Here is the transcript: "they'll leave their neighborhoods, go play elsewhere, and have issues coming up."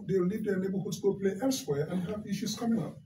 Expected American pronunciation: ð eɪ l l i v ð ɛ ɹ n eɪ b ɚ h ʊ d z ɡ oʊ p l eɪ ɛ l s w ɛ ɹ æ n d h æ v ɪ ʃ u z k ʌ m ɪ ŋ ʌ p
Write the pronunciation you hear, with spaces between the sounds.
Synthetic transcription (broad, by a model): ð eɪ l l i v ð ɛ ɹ n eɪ b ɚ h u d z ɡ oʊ p l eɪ ɛ l s w ɛ ɹ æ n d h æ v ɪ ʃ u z k ʌ m ɪ ŋ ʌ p